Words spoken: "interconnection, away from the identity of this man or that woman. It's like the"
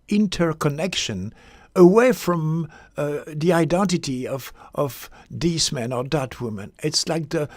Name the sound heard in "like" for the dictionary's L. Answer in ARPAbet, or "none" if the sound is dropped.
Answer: L